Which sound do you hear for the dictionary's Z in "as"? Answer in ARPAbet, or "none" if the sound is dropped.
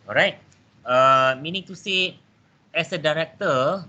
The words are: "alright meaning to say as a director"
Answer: S